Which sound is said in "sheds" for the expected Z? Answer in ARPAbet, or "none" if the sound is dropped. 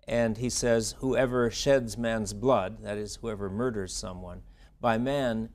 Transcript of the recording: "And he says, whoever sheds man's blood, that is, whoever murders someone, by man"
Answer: Z